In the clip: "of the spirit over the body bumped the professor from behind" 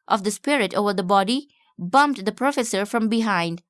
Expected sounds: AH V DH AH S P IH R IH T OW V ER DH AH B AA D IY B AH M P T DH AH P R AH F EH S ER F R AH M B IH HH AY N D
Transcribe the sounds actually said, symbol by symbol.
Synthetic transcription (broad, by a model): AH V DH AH S P IH R IH T OW V ER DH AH B AA D IY B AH M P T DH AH P R AH F EH S ER F R AH M B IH HH AY N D